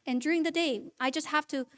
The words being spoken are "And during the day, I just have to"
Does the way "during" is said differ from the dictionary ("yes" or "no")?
no